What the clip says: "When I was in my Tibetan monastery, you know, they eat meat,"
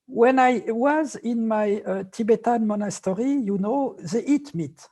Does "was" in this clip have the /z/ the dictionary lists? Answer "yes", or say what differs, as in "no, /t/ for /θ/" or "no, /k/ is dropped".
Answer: yes